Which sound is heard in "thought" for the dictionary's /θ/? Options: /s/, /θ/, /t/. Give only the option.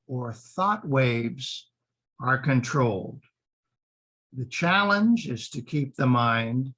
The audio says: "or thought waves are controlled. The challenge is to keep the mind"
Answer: /θ/